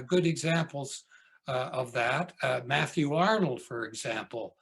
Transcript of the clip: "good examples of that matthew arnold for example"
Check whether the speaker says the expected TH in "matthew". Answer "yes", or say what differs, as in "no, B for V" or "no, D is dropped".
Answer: yes